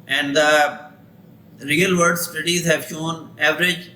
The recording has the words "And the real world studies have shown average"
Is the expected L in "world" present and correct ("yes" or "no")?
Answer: no